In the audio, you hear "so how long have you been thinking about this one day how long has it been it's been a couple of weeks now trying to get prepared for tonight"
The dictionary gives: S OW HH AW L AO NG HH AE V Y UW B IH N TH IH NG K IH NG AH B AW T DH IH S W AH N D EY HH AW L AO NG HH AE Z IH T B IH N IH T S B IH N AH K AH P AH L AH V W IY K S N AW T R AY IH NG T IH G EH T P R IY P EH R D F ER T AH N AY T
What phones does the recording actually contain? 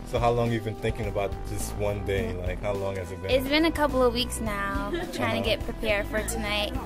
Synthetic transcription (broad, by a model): S OW HH AW L AO NG Y UW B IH N TH IH NG K IH NG AH B AW T DH IH S W AH N D EY HH AW L AO NG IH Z IH T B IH IH T S B IH N AH K AH P L AH V W IY K S N AW T R AY IH NG T IH G EH T P R IY P EH R D F ER T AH N AY T